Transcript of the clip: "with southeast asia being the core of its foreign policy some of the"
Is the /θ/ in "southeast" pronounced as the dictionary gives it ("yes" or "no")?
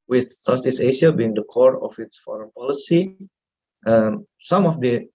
no